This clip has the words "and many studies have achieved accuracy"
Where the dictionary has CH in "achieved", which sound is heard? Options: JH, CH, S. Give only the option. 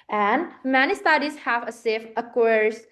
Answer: S